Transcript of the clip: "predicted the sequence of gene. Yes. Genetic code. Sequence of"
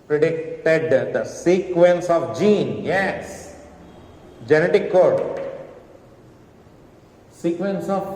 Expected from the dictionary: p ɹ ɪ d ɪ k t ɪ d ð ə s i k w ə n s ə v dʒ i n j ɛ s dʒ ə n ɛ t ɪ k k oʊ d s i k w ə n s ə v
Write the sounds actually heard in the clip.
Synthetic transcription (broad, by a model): p ɹ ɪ d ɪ k t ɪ d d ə s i k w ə n s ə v dʒ i n j ɛ s dʒ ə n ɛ t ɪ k k oʊ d s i k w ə n s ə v